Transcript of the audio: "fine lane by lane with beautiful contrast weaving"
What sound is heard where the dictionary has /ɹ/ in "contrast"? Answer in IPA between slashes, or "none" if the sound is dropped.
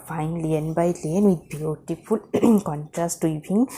/ɹ/